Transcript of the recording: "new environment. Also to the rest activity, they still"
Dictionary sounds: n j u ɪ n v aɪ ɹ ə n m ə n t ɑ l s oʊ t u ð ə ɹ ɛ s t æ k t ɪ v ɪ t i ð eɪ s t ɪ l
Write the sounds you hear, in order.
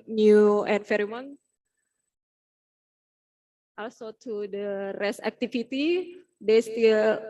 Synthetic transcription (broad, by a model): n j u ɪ n f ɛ ɹ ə m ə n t ɑ l s oʊ t u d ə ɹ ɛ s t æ k t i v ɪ t i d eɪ s t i l